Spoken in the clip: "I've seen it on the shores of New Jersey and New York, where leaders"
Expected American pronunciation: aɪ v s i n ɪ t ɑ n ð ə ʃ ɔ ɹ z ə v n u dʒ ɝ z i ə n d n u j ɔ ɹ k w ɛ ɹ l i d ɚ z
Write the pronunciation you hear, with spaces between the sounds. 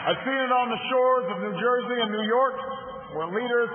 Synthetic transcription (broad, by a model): aɪ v s i n ɪ t n ð ə ʃ ɔ ɹ z ə v n u dʒ ɝ z i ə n n u j ɔ ɹ k w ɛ ɹ l i d ɚ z